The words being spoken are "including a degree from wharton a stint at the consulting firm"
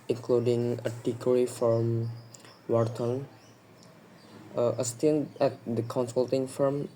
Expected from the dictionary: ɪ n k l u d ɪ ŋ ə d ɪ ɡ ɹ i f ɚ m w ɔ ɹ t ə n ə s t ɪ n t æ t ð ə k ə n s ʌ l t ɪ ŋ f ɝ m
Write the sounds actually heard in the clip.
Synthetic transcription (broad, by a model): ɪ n k l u d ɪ ŋ ə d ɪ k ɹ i f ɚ m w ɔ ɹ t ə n ə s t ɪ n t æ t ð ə k ə n s ʌ l t ɪ ŋ f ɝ m